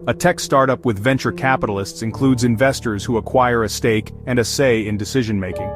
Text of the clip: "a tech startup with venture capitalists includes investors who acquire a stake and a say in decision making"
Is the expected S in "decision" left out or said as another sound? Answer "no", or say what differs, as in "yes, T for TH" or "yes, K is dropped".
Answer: no